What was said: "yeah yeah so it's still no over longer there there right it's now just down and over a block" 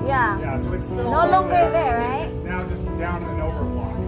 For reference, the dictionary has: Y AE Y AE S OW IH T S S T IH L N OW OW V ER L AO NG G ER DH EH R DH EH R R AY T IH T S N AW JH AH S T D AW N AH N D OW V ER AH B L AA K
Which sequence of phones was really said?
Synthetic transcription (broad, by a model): Y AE Y AE S OW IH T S S T IH L N OW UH L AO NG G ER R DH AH R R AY IH T S N AW JH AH S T D AW N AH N OW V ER AH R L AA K